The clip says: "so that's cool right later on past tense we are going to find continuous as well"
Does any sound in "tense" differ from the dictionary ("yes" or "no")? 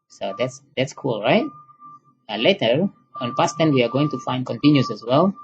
yes